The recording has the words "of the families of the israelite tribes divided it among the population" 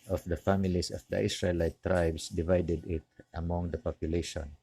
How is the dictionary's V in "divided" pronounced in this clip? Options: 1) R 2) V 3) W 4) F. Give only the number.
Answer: 2